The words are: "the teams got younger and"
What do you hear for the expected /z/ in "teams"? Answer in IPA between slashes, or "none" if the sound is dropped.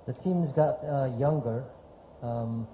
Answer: /z/